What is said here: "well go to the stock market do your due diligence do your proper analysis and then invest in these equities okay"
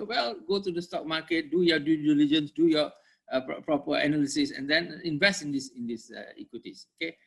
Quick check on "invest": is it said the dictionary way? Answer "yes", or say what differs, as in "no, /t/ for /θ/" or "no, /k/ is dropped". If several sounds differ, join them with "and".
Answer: yes